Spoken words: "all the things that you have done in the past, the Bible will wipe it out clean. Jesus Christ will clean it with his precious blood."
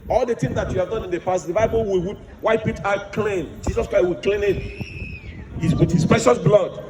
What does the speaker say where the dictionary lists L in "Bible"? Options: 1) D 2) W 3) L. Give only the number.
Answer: 2